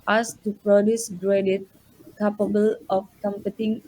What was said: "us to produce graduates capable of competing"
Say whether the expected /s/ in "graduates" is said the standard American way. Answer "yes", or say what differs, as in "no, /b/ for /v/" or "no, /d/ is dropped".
no, /s/ is dropped